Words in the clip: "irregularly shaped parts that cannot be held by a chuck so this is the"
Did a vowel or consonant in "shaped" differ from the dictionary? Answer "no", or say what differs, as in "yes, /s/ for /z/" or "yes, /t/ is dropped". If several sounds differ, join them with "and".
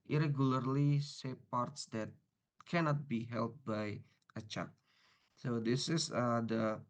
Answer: yes, /s/ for /ʃ/